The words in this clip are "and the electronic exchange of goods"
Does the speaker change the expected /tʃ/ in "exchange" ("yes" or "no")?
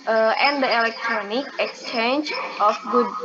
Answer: no